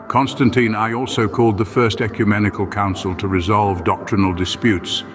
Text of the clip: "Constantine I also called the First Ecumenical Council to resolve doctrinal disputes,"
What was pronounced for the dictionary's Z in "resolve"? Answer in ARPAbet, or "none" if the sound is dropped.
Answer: Z